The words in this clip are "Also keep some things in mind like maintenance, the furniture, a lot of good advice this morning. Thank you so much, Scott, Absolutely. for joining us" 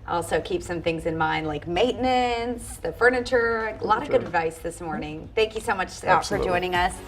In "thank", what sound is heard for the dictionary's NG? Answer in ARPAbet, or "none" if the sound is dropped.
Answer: NG